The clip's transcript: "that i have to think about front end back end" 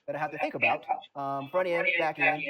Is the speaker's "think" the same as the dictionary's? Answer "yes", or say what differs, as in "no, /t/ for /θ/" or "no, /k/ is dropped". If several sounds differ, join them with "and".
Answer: yes